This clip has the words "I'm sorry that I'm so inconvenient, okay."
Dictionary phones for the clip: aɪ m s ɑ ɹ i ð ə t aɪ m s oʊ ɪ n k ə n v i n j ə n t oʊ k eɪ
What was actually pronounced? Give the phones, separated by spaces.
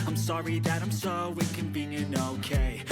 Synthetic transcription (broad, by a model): aɪ m s ɑ ɹ i ð ə t aɪ m s oʊ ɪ k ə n b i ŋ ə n oʊ k eɪ